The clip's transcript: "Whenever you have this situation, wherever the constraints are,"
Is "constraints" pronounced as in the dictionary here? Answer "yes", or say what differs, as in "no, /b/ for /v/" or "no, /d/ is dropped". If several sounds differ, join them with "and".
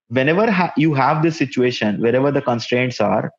yes